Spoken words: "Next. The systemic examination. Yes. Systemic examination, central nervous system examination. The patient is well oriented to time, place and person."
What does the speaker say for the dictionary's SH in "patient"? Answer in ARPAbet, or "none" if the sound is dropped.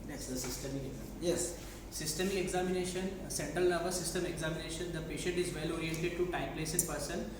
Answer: SH